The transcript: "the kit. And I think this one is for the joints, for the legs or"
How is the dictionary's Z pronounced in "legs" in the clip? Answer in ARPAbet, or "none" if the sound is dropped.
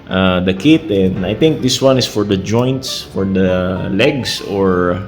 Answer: S